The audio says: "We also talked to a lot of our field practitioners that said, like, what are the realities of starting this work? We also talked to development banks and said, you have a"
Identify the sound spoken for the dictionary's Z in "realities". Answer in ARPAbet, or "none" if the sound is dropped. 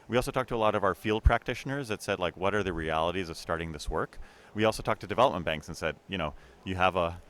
Z